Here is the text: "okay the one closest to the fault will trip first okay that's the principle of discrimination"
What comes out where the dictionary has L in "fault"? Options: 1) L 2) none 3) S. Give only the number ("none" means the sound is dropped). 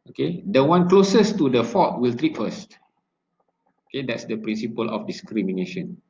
2